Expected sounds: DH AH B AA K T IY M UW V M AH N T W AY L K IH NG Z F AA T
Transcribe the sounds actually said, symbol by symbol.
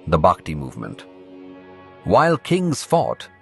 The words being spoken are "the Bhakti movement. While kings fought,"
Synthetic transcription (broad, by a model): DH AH B AA K T IY M UW V M AH N T W AY L K IH NG Z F AA T